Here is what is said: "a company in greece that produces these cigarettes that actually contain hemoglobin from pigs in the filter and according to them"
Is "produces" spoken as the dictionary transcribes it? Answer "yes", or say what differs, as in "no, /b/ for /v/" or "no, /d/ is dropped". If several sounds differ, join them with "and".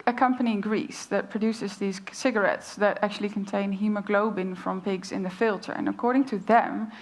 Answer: yes